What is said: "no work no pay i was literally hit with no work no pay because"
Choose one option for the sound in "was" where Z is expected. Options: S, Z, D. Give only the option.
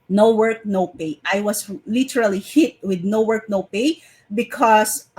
S